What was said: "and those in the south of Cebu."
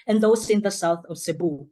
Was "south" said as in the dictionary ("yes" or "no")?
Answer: yes